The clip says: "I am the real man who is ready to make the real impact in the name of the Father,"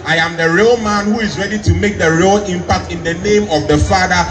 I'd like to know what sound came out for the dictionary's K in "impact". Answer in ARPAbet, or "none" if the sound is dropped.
K